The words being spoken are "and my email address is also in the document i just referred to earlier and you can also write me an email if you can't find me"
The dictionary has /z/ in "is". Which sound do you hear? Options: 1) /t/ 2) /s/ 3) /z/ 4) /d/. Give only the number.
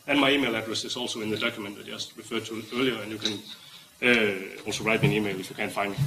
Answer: 2